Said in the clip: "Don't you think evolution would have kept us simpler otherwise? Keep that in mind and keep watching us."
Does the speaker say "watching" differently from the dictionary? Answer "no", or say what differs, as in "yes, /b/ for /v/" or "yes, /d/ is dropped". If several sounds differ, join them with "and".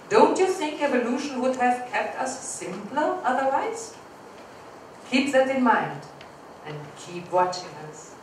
no